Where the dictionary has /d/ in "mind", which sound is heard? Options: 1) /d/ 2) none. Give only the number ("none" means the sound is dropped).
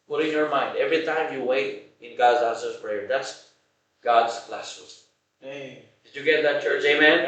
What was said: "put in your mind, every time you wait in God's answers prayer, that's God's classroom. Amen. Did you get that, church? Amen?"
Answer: 1